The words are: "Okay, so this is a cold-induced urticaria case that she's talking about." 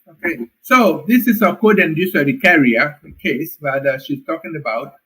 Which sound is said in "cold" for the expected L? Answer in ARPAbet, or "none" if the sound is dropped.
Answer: none